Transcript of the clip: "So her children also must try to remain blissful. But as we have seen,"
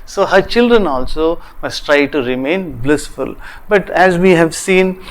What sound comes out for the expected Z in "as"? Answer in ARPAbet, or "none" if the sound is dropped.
Z